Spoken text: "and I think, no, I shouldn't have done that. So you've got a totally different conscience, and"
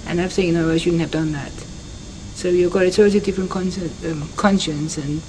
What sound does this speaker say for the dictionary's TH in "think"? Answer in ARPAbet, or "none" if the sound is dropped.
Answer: S